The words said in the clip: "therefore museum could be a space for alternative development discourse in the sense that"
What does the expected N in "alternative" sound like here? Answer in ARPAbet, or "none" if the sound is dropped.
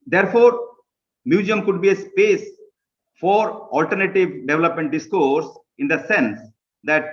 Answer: N